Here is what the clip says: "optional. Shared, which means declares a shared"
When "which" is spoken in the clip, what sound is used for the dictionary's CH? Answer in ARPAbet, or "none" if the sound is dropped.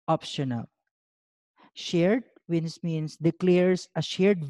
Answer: S